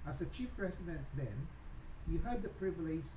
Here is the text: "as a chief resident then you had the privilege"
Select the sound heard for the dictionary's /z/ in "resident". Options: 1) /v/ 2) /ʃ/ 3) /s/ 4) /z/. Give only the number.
3